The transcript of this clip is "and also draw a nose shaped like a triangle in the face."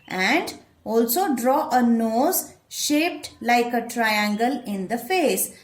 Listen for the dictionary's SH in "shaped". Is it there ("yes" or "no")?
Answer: yes